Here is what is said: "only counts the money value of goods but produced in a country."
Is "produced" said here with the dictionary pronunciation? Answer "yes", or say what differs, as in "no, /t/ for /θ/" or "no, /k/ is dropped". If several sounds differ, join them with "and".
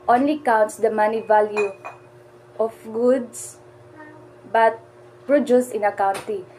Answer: no, /t/ is dropped